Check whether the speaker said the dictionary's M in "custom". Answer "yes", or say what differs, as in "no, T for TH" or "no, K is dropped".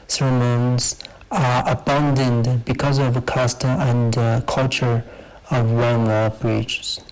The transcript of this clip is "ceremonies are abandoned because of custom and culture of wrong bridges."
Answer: no, M is dropped